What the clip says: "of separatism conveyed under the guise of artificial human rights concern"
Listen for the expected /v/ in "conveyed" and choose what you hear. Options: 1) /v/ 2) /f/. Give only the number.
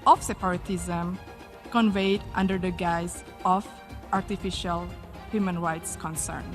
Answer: 1